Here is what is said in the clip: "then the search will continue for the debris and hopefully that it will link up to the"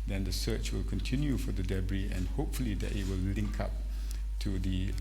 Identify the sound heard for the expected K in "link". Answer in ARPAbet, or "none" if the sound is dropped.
K